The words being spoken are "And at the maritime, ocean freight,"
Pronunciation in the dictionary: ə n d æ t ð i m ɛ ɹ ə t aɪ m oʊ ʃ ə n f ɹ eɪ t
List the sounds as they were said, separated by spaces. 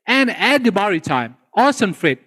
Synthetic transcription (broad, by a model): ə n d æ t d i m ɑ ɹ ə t aɪ m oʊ s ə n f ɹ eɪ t